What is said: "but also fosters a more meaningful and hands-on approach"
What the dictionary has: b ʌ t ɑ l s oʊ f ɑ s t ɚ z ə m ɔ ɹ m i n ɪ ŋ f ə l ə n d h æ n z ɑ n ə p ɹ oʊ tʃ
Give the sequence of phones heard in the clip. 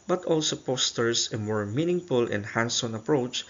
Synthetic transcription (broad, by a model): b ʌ t ɑ l s oʊ p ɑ s t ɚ s ə m ɔ ɹ m i n ɪ ŋ f ə l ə n h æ n s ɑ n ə p ɹ oʊ tʃ